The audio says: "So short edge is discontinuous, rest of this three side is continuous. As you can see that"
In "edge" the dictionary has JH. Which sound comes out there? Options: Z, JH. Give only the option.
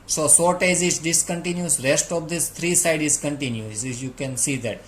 Z